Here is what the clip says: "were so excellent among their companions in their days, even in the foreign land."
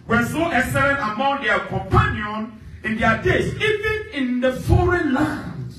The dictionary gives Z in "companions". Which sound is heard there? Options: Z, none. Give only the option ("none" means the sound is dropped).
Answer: none